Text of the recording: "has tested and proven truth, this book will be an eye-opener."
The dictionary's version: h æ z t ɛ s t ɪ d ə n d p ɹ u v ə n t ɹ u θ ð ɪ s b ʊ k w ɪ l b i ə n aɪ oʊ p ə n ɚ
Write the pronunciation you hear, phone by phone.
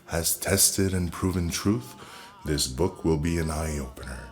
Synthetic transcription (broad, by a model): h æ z t ɛ s t ɪ d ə n p ɹ u v ə n t ɹ u θ ð ɪ s b ʊ k w ɪ l b i ə n aɪ oʊ p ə n ɚ